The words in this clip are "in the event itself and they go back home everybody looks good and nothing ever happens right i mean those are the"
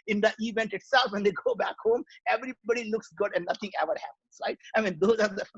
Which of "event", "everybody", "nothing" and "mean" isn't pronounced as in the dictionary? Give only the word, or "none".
nothing